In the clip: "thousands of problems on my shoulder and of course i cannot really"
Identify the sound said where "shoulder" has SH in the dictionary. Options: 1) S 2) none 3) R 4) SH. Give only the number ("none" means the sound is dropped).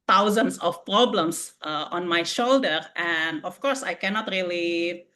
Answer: 4